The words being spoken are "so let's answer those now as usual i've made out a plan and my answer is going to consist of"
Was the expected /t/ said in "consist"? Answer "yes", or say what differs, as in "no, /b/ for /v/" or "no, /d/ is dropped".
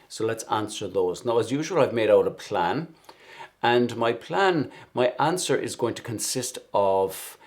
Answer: yes